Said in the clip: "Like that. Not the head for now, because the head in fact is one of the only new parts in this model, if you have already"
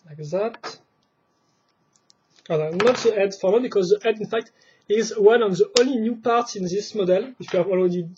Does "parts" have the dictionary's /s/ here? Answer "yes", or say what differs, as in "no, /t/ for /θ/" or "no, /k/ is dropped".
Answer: yes